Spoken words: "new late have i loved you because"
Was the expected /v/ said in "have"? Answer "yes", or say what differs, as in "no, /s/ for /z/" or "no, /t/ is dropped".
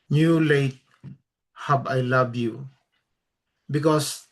no, /b/ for /v/